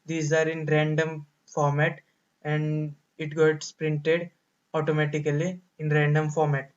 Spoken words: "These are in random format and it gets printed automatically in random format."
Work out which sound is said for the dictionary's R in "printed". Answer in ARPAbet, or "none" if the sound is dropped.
R